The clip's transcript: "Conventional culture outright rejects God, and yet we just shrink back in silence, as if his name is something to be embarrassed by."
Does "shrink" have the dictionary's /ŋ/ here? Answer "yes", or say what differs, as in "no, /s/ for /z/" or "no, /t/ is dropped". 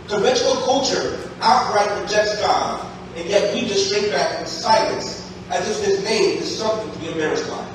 no, /ŋ/ is dropped